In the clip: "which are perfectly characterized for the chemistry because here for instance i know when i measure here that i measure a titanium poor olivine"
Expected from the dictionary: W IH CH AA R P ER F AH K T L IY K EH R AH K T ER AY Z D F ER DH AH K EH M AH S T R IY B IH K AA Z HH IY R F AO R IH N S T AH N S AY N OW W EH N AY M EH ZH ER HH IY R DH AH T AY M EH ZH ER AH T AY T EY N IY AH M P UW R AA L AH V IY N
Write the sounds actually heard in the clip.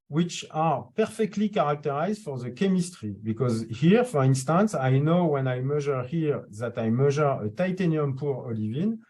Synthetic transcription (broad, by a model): W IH CH AA R P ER F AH K T L IY K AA R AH K T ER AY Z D F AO DH AH K EH M AH S T R IY B IH K AA Z HH IY R F AO R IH N S T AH N S AY N OW W EH N AY M EH ZH ER HH IY R DH AH T AY M EH ZH ER AH T AY T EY N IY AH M P UW R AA L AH V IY N